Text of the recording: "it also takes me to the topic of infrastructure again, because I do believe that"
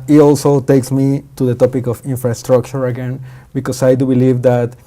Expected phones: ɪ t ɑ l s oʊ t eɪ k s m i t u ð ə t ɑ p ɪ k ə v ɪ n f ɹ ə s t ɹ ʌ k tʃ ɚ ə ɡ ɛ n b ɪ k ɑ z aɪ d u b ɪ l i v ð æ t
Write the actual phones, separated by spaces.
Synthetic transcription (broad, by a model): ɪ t ɑ l s oʊ t eɪ k s m i t u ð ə t ɑ p ɪ k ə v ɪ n f ɹ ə s t ɹ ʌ k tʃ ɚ ə ɡ ɛ n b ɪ k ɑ s aɪ d u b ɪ l i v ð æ t